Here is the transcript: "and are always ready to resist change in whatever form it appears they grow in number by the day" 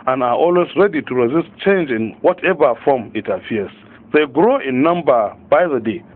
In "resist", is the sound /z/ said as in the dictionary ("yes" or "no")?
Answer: yes